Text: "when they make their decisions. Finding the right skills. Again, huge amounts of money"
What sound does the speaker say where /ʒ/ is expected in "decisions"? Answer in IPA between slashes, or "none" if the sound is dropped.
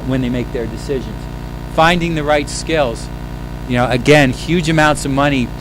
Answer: /ʒ/